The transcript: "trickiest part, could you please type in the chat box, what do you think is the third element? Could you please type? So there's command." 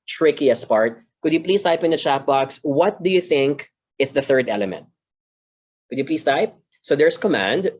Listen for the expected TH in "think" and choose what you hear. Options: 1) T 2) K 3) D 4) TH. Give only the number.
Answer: 4